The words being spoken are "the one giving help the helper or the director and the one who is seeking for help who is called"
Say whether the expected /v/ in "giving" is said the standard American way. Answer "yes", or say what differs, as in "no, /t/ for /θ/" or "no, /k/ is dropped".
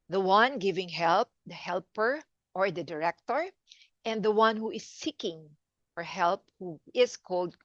yes